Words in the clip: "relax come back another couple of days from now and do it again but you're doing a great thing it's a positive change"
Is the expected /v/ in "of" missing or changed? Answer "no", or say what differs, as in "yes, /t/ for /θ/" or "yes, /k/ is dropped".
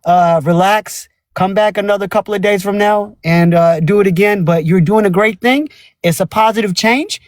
no